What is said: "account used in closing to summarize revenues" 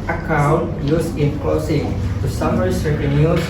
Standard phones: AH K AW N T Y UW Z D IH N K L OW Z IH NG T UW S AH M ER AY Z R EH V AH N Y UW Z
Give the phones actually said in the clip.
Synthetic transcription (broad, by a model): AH K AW N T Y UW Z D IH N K OW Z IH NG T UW S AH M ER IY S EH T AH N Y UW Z